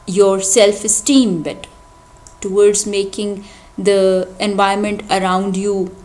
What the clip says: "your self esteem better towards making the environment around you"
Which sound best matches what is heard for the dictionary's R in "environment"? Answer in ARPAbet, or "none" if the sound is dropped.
none